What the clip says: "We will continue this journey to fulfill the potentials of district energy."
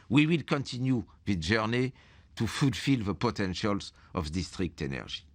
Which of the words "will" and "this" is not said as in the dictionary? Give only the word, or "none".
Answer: this